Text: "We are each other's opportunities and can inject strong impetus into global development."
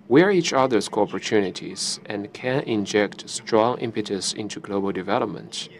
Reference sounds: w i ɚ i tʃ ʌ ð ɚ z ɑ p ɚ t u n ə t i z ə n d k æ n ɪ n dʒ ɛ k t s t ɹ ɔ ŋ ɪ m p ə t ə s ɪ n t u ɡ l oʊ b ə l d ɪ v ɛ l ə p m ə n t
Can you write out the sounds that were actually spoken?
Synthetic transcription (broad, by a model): w ɚ i tʃ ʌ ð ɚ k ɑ p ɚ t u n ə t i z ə n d k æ n ɪ n dʒ ɛ k t s t ɹ ɔ ŋ ɪ m p ə t ə s ɪ n t u ɡ l oʊ b ə l d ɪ v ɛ l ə p m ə n t